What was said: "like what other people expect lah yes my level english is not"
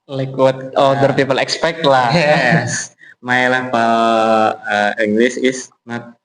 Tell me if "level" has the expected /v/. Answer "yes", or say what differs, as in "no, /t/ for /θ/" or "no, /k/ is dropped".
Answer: no, /p/ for /v/